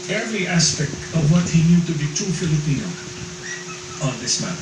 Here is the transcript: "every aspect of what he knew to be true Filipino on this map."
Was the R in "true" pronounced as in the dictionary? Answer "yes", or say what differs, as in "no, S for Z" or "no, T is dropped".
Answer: no, R is dropped